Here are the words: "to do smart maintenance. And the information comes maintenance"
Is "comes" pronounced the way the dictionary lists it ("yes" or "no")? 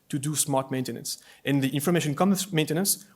no